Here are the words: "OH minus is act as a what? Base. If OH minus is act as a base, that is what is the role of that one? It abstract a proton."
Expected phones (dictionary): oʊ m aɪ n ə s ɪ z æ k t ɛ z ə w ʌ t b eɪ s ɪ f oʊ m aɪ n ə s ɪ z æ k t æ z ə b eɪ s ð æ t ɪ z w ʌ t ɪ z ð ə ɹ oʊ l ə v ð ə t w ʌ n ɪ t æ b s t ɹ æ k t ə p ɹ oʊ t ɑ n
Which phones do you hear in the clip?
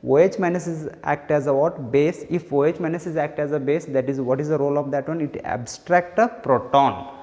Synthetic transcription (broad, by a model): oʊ m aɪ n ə s ɪ z æ k t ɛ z ə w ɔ t b eɪ s ɪ f oʊ m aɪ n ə s ɪ z æ k t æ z ə b eɪ s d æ t ɪ z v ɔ t ɪ z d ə ɹ oʊ l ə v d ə t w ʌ n ɪ t æ b s t ɹ æ k t ə p ɹ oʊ t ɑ n